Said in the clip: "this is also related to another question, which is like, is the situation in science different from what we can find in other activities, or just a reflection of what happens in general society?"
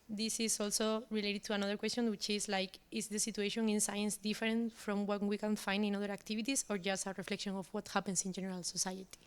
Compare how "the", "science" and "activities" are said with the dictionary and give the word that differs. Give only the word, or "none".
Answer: activities